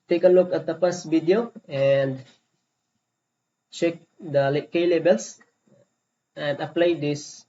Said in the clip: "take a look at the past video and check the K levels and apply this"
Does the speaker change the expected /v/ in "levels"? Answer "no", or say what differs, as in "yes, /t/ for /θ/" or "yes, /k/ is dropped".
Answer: yes, /b/ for /v/